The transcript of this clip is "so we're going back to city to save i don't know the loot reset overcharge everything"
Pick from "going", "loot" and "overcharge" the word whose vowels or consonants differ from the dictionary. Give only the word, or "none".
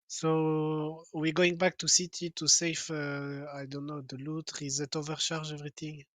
overcharge